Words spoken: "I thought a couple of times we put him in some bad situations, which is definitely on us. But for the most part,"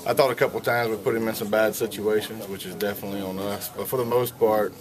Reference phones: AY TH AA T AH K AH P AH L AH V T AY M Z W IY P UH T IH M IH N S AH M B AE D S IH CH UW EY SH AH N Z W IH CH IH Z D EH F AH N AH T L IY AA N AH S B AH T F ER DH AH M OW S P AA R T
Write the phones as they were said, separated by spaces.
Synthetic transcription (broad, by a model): AY TH AA T AH K AH P L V T AY M Z W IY P UH T IH M IH N S AH M B AE D S IH CH UW EY SH AH N Z W IH CH IH Z D EH F AH N AH T L IY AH N AH S B AH T F ER DH AH M OW S P AA R T